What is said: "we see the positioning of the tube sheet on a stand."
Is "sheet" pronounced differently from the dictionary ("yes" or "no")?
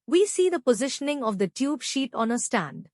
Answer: no